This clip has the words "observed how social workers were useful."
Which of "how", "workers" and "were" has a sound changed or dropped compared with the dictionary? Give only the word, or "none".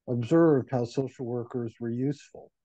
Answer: none